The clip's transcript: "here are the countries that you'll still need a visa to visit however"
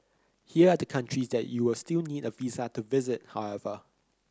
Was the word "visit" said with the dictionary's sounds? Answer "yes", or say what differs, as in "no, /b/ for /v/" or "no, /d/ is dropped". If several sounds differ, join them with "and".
yes